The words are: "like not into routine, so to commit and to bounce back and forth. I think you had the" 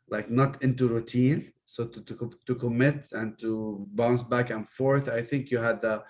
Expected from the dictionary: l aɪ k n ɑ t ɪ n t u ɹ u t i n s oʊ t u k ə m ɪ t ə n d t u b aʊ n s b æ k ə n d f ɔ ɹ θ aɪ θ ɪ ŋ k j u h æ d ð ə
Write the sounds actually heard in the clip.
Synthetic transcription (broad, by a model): l aɪ k n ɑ t ɪ n t u ɹ u t i n s oʊ t u k ə m ɪ t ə n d t u b aʊ n s b æ k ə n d f ɔ ɹ θ aɪ θ ɪ ŋ k j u h æ d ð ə